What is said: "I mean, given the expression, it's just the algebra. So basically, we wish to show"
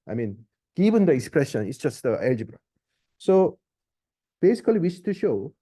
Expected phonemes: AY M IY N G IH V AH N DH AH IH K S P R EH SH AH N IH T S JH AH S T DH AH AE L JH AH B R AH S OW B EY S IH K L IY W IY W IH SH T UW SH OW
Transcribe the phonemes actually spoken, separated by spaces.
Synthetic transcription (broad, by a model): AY M IY N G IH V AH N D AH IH K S P R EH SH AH N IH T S JH AH S T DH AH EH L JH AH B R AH S OW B EY S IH K IY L IY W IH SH T UW SH OW